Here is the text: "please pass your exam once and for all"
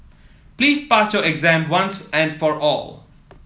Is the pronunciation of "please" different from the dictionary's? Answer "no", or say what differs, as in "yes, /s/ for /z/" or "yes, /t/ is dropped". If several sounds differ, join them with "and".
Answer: no